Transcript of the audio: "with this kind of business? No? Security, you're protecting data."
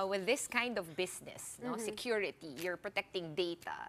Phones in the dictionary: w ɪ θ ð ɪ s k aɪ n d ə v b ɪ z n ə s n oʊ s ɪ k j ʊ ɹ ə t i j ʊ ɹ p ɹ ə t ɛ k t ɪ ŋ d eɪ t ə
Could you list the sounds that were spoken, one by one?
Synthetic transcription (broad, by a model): w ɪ ð ɪ s k aɪ n d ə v b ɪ s n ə s n oʊ s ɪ k j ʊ ɹ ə t i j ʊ ɹ p ɹ ə t ɛ k t ɪ ŋ d eɪ t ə